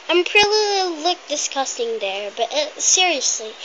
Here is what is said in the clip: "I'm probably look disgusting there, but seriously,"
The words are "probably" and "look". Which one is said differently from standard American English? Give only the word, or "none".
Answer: probably